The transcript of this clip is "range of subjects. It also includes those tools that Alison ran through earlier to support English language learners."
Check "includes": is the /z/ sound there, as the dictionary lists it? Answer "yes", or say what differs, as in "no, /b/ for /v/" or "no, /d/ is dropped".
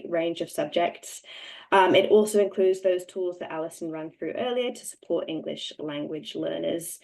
yes